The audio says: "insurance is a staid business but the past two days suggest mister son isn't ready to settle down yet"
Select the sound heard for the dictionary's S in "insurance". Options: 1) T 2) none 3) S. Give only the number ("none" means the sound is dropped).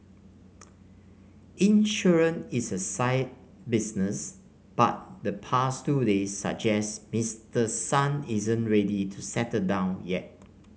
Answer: 2